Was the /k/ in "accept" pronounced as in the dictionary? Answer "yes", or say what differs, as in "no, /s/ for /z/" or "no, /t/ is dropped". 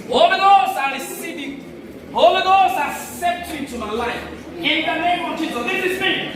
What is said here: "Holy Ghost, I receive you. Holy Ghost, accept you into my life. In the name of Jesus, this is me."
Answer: no, /k/ is dropped